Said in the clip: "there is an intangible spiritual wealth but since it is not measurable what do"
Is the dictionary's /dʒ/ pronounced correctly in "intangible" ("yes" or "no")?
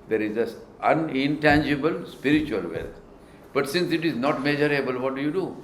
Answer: yes